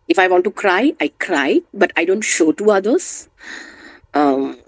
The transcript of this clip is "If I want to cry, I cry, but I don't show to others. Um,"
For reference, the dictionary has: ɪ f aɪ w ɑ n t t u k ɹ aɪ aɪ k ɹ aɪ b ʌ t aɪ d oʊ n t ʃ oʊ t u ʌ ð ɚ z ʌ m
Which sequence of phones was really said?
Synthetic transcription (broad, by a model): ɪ f aɪ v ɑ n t t u k ɹ aɪ aɪ k ɹ aɪ b ʌ t aɪ d oʊ n t ʃ oʊ t u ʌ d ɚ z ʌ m